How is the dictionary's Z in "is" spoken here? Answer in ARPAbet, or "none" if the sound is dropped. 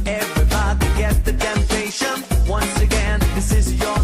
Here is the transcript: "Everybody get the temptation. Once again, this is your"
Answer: Z